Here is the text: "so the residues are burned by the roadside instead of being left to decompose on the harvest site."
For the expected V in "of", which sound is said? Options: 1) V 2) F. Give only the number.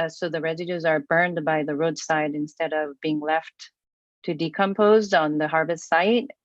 1